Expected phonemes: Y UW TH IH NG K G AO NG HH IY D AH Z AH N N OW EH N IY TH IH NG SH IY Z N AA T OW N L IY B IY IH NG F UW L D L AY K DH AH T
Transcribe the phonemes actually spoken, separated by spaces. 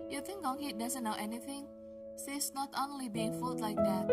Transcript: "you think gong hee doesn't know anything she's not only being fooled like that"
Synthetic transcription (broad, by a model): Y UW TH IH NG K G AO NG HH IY D AH Z AH N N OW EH N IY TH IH NG S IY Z N AA T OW N L IY B IY IH NG F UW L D L AY K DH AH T